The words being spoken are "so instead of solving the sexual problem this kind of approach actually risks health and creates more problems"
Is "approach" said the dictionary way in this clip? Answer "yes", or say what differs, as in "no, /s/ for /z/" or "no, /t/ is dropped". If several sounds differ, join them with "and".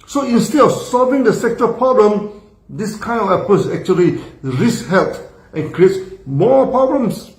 no, /ɹ/ is dropped and /s/ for /tʃ/